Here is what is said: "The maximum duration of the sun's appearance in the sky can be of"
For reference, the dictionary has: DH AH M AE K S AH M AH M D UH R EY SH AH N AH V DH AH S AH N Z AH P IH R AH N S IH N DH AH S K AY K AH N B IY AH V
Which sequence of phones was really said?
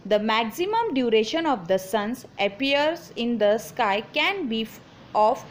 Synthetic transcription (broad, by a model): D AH M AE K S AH M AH M D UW R EY SH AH N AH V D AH S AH N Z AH P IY AH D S IH N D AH S K AY K AH N B IY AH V